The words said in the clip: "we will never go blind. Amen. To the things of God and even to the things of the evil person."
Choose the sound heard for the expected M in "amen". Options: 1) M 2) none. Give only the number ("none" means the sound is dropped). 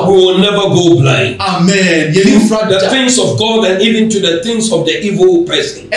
1